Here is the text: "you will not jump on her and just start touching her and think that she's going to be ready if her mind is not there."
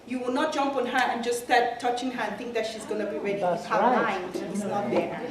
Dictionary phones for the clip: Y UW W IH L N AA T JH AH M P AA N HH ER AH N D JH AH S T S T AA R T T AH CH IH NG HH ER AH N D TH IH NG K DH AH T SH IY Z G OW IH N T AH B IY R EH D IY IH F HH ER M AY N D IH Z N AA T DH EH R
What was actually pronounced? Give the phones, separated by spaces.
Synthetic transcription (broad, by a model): Y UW W IH L N AA T JH AH M P AA N HH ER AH N JH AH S S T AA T T AH CH IH NG HH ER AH N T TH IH NG K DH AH T SH IY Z G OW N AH B IY R EH D IY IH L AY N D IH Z N AA T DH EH